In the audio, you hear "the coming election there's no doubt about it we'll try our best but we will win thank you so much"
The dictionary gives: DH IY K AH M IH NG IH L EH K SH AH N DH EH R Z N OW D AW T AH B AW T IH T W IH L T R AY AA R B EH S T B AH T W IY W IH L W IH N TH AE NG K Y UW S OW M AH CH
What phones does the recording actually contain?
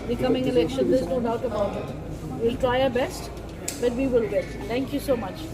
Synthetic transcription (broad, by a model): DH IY K AH M IH NG IH L EH K SH AH N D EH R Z N OW D AW T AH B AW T IH T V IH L T R AY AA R B EH S T B AH T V IY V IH L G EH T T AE NG K Y UW S OW M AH CH